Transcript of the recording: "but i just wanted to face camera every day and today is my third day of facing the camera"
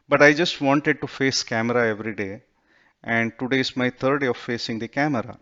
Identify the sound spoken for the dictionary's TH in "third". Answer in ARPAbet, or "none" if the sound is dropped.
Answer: T